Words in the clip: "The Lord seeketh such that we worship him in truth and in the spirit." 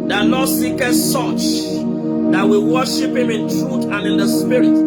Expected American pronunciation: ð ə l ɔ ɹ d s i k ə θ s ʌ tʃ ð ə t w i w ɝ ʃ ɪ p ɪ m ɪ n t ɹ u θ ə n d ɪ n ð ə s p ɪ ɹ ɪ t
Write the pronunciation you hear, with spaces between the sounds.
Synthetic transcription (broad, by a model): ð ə n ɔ s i k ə s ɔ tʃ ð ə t w i w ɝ ʃ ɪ p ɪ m ɪ n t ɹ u t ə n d ɪ n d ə s p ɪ ɹ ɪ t